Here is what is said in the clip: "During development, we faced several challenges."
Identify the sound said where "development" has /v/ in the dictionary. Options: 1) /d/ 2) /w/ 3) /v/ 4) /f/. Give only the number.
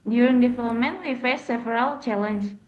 4